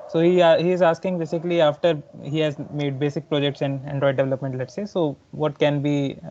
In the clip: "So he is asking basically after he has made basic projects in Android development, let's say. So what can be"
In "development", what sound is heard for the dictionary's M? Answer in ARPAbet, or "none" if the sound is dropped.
M